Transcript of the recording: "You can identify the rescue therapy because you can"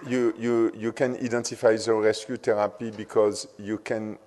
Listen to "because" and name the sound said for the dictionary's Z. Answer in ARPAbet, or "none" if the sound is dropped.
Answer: Z